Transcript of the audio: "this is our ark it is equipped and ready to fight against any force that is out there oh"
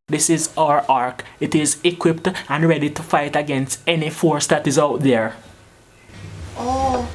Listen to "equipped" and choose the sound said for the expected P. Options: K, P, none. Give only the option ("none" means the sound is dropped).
P